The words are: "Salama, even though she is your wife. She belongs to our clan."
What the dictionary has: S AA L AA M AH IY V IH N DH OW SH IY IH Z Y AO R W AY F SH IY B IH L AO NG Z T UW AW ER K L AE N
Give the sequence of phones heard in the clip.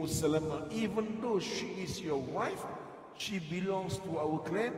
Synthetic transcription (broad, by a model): S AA L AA M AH IY V IH N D OW SH IY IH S Y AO W AY F SH IY B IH L AO NG S T UW AW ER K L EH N